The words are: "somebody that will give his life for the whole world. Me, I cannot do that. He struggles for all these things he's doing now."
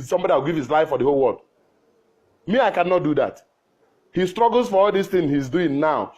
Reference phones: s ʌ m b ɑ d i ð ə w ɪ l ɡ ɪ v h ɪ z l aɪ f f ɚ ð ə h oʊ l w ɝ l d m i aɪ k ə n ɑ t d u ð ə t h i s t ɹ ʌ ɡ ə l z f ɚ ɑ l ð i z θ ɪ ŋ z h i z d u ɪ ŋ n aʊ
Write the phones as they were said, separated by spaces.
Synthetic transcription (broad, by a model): s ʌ m b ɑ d i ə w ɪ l ɡ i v h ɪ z l aɪ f f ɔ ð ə h oʊ l w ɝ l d m i aɪ k ə n ɑ t d u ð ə t h i s t ɹ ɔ ɡ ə l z f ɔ ɑ l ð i s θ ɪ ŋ h i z d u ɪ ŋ n aʊ